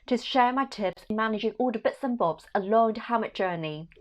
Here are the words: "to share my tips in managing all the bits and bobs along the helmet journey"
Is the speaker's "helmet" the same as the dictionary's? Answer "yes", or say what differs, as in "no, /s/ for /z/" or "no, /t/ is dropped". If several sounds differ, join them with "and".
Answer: no, /l/ is dropped